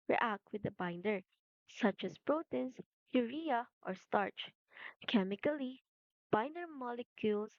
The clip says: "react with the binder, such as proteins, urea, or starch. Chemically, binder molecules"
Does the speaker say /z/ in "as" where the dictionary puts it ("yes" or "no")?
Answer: no